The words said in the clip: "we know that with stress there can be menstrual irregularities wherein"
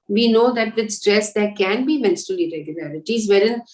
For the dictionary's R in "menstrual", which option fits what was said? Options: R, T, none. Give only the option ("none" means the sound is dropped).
none